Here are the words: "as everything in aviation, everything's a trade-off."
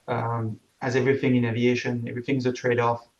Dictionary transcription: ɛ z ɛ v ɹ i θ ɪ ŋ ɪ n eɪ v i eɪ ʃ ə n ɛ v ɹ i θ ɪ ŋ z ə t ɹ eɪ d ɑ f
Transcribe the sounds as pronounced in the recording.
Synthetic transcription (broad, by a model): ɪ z ɛ v ɹ i θ ɪ ŋ ɪ n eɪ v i eɪ ʃ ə n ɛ v ɹ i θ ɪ ŋ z ə t ɹ eɪ d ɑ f